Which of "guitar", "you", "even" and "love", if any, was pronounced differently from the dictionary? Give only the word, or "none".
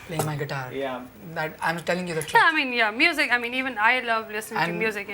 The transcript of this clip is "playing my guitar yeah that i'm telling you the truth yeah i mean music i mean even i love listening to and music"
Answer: none